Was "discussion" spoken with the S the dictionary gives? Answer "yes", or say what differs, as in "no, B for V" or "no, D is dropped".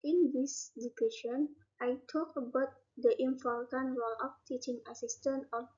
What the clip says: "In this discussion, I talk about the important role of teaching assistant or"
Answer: no, S is dropped